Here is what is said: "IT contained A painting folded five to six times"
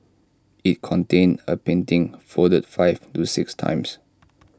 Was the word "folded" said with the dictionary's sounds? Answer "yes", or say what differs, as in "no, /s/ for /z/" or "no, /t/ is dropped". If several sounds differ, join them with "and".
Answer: no, /l/ is dropped